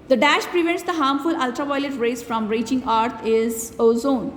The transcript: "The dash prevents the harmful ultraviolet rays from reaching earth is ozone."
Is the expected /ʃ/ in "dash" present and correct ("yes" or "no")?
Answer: yes